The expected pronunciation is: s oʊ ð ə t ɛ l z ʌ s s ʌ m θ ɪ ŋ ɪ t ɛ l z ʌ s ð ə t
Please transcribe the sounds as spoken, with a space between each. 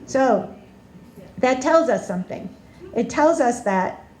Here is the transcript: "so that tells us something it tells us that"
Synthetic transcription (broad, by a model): s oʊ ð ə t ɛ l z ʌ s s ʌ m θ ɪ ŋ ɪ t ɛ l z ʌ s ð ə t